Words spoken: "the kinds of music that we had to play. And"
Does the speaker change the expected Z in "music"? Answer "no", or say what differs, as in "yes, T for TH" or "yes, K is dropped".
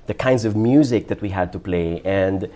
no